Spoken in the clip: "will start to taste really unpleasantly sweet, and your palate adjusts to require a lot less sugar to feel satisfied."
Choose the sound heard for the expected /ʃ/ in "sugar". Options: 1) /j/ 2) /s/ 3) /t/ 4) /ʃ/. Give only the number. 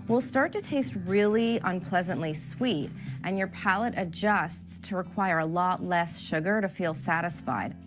4